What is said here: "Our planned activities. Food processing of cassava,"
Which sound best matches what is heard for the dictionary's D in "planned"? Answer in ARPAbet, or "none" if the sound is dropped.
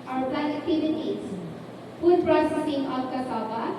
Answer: none